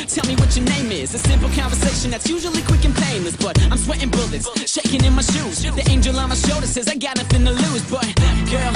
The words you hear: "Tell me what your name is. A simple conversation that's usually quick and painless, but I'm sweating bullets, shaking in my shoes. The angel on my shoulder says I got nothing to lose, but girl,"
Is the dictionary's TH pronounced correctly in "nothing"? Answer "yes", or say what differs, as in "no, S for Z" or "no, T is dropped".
no, F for TH